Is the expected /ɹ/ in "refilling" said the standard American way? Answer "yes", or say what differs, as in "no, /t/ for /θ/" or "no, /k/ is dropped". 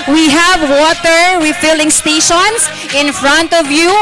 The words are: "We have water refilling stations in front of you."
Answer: no, /w/ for /ɹ/